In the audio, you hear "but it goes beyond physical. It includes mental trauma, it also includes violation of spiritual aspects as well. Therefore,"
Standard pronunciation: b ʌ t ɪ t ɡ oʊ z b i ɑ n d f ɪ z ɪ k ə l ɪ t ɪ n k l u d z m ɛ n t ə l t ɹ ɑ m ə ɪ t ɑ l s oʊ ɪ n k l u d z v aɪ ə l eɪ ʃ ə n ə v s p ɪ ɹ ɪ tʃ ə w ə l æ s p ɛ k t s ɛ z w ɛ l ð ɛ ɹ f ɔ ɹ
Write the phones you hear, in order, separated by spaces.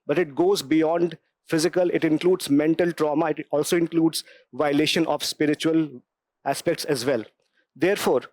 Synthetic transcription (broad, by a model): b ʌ t ɪ t ɡ oʊ z b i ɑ n d f ɪ z ɪ k ə l ɪ t ɪ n k l u d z m ɛ n t ə l t ɹ ɑ m ə ɪ t ɑ l s oʊ ɪ n k l u d z v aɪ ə l eɪ ʃ ə n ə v s p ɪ ɹ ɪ tʃ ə ə l æ s p ɛ k t s ɛ z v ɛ l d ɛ ɹ f ɔ ɹ